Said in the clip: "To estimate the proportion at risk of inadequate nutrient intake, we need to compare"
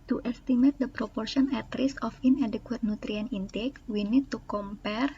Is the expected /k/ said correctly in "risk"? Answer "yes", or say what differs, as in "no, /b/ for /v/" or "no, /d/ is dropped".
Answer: no, /k/ is dropped